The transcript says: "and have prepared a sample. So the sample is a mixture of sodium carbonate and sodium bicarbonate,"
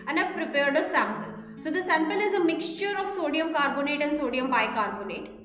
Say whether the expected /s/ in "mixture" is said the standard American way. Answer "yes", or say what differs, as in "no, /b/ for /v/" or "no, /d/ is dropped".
yes